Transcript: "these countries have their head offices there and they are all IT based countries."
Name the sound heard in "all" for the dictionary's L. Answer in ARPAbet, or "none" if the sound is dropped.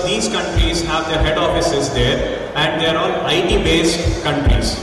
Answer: N